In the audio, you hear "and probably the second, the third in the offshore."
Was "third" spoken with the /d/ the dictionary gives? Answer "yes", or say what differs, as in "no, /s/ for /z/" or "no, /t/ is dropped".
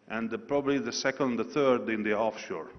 yes